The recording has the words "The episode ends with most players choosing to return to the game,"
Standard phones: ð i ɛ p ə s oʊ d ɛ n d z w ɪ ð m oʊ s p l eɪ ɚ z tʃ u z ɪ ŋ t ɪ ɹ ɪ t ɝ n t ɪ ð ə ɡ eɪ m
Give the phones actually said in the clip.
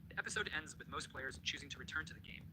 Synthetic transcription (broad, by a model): ð i ɛ p ə s oʊ d ɛ n d z w ɪ ð m oʊ s p l eɪ ɚ z tʃ u z ɪ ŋ t ɪ ɹ ɪ t ɝ n t ɪ ð ə ɡ eɪ m